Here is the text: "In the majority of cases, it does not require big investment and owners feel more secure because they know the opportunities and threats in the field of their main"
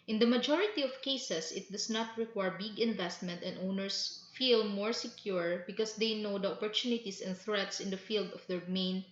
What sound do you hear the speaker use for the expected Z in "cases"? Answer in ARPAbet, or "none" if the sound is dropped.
S